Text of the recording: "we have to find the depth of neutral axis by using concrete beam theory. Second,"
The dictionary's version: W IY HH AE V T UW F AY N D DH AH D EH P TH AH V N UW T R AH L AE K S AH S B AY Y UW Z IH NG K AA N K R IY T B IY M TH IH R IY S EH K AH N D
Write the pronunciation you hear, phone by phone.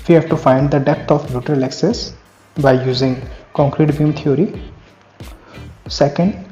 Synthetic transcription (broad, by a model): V IY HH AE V T UW F AY N D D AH D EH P T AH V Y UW T R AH L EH K S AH S B AY Y UW Z IH NG K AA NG K R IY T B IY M T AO R IY S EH K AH N D